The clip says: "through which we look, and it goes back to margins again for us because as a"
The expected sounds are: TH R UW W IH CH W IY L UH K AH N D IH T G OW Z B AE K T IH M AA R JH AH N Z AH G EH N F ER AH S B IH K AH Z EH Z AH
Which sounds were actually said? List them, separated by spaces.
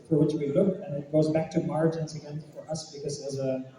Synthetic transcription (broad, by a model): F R W IH CH W IY L UH K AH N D IH T G OW Z B AE K T IH M AA R JH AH N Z AH G EH N F ER AH S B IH K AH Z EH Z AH